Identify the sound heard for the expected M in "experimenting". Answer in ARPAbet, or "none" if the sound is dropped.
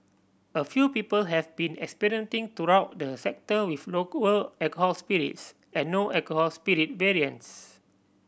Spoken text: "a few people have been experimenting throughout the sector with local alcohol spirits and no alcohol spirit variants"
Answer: none